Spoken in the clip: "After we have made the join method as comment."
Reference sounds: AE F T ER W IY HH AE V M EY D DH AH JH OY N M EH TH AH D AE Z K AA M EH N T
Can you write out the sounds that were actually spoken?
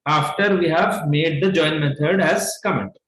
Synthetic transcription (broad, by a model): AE F T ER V IY HH AE V M EY D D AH JH OY N M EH T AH D AE Z K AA M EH N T